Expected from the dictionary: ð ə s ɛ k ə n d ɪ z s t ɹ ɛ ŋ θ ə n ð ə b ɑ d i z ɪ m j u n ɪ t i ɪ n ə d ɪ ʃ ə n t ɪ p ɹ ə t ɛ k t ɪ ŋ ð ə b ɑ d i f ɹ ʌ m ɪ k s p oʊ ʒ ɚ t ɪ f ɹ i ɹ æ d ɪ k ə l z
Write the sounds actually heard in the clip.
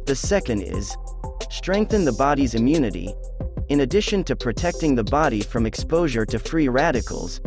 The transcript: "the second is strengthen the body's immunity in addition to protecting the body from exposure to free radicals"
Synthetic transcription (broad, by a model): ð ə s ɛ k ə n d ɪ z s t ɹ ɛ ŋ θ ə n ð ə b ɑ d i z ɪ m j u n ɪ t i ɪ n ə d ɪ ʃ ə n t ɪ p ɹ ə t ɛ k t ɪ ŋ ð ə b ɑ d i f ɹ ʌ m ɪ k s p oʊ ʒ ɚ t ɪ f ɹ i ɹ æ d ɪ k l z